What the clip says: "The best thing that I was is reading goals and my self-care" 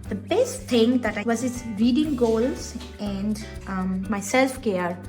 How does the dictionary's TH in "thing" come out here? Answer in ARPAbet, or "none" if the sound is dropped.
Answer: T